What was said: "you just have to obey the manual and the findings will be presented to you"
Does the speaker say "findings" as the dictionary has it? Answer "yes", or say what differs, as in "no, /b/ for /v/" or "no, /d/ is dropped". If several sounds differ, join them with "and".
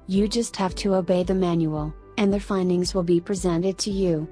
yes